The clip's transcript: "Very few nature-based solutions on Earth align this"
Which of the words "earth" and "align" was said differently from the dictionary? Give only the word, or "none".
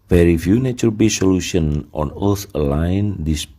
earth